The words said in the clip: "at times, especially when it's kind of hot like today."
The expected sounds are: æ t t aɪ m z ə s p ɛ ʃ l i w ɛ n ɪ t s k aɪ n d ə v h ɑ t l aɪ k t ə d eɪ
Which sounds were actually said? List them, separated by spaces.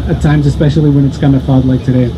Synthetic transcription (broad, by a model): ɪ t t aɪ m z ə s p ɛ ʃ l i w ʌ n ɪ t s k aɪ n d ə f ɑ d l aɪ k t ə d eɪ